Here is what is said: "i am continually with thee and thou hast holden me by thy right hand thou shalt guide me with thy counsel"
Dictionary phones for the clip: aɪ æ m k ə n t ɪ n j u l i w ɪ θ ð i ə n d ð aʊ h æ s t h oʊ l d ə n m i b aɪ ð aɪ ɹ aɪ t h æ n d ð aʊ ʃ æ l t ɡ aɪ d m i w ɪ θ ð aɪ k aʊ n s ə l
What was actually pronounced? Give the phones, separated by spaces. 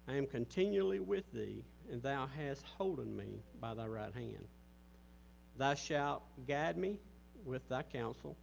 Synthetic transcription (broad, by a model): aɪ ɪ m k ə n t ɪ n j u l i w ɪ ð i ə n ð aʊ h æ s t h oʊ l d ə n m i b aɪ ð aɪ ɹ aɪ t h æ n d ð aʊ ʃ æ l t ɡ aɪ d m i w ɪ ð aɪ k aʊ n s l